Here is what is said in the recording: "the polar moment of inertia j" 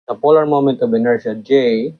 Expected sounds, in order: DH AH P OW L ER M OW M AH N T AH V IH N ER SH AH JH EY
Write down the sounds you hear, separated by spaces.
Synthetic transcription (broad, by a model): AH P OW L ER M OW M AH N T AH B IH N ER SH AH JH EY